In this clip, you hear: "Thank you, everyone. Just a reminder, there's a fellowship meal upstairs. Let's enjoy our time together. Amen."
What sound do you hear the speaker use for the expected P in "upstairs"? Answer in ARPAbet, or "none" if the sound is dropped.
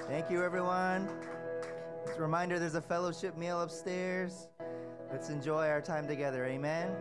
P